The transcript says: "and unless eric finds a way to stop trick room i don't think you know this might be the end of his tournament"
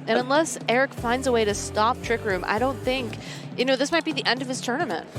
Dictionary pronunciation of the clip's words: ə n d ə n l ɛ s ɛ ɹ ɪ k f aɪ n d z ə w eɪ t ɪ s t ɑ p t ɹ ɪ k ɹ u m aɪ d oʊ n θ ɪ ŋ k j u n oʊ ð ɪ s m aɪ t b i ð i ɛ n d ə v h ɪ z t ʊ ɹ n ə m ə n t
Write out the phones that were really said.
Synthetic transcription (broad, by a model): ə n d ə n l ɛ s ɛ ɹ ɪ k f aɪ n d z ə w eɪ t ɪ s t ɑ p t ɹ ɪ k ɹ u m aɪ d oʊ n θ ɪ ŋ k j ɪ n oʊ ð ɪ s m aɪ t b i ð i ɛ n d ə v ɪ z t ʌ ɹ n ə m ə n t